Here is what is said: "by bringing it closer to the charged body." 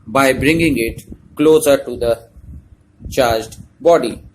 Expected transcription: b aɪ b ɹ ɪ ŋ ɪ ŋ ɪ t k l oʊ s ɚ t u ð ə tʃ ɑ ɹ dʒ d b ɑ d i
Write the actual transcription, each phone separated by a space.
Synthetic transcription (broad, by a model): b aɪ b ɹ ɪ ŋ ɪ ŋ ɪ t k l oʊ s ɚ t u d ə tʃ ɑ ɹ dʒ d b ɑ d i